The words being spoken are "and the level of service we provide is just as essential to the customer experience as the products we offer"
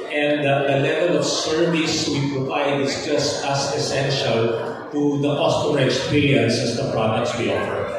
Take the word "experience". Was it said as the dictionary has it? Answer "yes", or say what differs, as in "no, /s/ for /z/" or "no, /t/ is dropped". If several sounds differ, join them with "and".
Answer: no, /l/ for /ɹ/